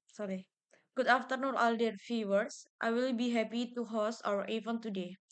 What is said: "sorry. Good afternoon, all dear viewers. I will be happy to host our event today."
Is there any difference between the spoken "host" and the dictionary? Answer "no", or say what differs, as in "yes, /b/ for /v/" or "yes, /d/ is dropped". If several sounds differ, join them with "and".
yes, /t/ is dropped